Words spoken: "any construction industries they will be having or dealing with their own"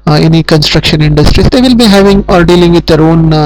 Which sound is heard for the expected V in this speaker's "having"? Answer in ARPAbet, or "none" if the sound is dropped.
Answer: V